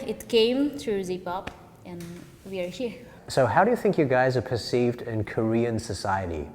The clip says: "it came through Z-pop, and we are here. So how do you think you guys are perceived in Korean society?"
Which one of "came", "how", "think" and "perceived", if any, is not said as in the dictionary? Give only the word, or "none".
none